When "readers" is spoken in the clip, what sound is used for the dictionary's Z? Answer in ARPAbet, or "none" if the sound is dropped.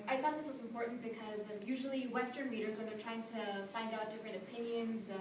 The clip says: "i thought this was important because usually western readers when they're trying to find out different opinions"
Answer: Z